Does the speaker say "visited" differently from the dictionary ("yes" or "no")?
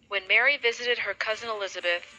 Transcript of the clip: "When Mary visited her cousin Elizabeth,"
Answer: no